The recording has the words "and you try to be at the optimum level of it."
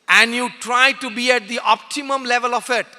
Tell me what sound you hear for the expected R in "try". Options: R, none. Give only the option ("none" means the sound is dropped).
R